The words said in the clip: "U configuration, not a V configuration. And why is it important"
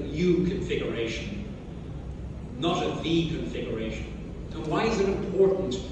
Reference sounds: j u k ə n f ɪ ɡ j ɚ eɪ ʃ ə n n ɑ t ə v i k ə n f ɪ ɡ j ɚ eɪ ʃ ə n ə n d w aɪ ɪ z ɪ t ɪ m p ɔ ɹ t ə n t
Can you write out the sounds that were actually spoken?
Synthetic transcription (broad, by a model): j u k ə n f ɪ ɡ j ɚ eɪ ʃ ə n n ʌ t ə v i k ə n f ɪ ɡ j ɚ eɪ ʃ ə n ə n w aɪ ɪ z ɪ t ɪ m p ɔ ɹ t n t